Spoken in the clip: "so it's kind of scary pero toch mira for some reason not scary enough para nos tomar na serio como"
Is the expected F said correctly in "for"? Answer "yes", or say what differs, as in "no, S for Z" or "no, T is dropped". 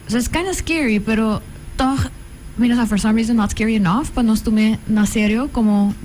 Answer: yes